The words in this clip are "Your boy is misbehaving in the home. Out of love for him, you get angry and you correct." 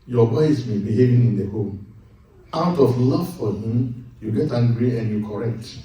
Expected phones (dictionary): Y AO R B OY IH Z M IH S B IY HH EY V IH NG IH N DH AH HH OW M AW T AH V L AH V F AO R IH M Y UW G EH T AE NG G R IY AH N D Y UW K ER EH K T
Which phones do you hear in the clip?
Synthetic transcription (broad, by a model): Y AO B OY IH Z M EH B IY HH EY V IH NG IH N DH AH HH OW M AW T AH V L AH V F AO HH IH M Y UW G EH T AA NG G R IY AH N Y UW K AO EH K T